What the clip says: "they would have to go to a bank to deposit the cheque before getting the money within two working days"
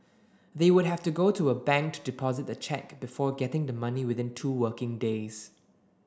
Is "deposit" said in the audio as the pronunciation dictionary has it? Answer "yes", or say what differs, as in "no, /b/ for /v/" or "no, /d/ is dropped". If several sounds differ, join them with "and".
yes